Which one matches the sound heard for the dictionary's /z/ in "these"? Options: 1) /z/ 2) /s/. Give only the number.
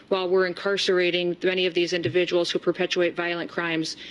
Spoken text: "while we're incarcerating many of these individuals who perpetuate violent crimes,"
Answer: 1